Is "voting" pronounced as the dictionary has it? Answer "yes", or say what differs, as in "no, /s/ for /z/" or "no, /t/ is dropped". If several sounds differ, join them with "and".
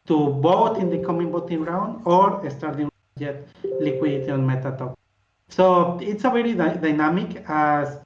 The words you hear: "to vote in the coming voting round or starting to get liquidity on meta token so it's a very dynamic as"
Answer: no, /b/ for /v/